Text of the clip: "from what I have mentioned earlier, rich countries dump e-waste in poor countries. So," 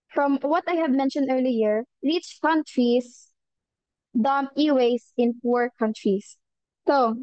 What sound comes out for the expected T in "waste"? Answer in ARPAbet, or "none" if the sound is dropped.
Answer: none